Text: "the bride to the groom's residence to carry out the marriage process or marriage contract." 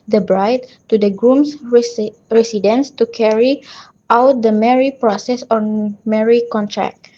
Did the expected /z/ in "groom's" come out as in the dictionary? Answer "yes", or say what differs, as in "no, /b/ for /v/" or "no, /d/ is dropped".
no, /s/ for /z/